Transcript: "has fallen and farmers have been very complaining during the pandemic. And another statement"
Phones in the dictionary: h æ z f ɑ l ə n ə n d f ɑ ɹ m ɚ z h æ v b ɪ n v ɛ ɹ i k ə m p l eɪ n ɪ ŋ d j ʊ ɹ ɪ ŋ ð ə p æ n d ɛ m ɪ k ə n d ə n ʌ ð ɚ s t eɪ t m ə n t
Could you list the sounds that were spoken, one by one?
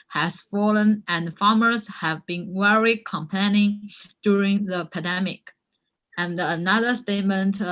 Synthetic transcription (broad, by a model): h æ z f ɑ l ə n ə n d f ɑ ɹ m ɚ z h æ v b ɪ n w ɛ ɹ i k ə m p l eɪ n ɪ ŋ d j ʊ ɹ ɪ ŋ ð ə p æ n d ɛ m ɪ k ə n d ə n ʌ ð ɚ s t eɪ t m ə n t